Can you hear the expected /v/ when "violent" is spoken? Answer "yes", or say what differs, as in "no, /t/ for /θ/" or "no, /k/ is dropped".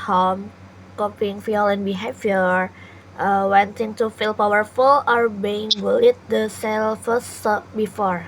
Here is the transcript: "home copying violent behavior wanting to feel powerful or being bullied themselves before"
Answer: no, /f/ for /v/